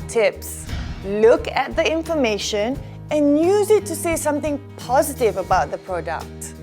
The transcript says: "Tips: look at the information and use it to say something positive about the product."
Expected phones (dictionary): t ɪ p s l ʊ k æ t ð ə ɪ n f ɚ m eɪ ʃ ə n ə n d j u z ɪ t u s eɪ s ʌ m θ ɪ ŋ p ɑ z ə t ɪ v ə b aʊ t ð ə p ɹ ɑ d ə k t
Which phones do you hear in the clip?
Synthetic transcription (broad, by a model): t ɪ p s l ʊ k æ t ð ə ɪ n f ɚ m eɪ ʃ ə n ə n j u z ɪ t u s eɪ s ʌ m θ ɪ ŋ p ɑ z ə t ɪ v ə b aʊ t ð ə p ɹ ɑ d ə k t